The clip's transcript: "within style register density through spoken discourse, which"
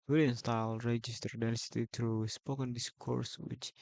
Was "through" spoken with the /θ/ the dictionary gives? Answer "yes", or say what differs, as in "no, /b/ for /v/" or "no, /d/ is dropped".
no, /t/ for /θ/